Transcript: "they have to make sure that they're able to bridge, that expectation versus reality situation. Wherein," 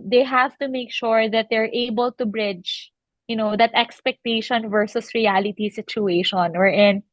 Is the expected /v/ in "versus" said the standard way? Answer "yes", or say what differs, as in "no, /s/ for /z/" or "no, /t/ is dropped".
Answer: yes